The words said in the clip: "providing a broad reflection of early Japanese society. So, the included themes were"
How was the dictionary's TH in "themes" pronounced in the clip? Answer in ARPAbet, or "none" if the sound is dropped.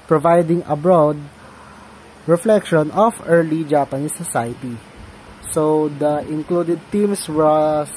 T